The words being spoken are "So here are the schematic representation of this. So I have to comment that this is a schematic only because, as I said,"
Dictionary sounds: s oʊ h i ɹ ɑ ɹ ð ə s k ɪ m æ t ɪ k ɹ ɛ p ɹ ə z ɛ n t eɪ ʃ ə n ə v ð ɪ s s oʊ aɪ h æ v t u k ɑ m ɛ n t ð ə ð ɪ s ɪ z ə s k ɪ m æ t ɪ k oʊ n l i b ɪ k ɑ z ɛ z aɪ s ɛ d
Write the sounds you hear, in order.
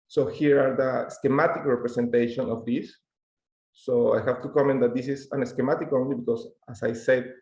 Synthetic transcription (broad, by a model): s oʊ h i ɹ ɑ ɹ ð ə s k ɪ m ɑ t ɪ k ɹ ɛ p ɹ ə s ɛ n t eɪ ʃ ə n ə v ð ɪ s s oʊ aɪ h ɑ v t u k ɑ m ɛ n t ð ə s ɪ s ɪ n ə s k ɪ m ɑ t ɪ k oʊ n l i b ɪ k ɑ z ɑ s aɪ s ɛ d